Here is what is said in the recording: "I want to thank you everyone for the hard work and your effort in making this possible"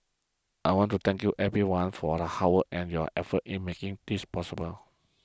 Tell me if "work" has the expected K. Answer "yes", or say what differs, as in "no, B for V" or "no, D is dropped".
no, K is dropped